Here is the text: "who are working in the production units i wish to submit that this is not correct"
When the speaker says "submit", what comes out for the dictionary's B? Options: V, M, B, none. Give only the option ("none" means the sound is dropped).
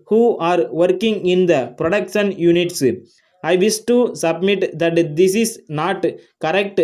B